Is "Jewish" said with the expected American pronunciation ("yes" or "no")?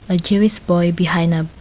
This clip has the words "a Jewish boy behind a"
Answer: no